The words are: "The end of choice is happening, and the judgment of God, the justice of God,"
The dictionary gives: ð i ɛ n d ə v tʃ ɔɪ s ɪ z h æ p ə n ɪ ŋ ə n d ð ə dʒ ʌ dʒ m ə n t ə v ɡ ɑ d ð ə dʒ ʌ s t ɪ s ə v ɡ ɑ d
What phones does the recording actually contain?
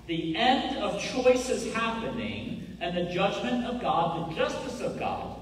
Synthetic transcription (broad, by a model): ð i ɛ n d ə v tʃ ɔɪ s ɪ z h æ p ə n ɪ ŋ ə n ð ə dʒ ʌ dʒ m ə n t ə v ɡ ɑ d ð ə dʒ ʌ s t ɪ s ə v ɡ ɑ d